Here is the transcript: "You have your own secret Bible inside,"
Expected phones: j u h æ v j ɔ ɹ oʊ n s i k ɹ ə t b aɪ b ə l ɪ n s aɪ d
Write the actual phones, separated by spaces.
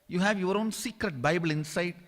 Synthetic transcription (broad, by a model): j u h æ v j ɔ ɹ oʊ n s i k ɹ ə t b aɪ b ə l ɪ n s aɪ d